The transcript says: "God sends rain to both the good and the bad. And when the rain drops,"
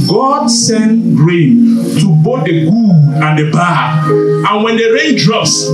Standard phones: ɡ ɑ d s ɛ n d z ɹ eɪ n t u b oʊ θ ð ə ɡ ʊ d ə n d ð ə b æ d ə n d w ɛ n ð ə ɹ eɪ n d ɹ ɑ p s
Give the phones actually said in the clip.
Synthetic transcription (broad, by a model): ɡ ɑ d s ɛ n ɹ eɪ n t u b oʊ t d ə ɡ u ə n d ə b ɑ ə n w ɛ n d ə ɹ eɪ n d ɹ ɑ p s